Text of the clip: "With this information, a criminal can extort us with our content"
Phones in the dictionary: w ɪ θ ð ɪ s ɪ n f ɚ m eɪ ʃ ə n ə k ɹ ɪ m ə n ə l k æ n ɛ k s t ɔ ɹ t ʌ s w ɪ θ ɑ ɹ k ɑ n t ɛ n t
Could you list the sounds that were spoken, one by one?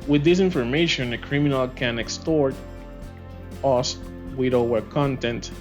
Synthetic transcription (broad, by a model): w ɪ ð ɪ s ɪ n f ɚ m eɪ ʃ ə n ə k ɹ ɪ m ə n ə l k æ n ɛ k s t ɔ ɹ t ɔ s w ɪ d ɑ w k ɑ n t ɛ n t